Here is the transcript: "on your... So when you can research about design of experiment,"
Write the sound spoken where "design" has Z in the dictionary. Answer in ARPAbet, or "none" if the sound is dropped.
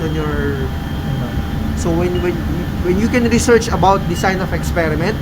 S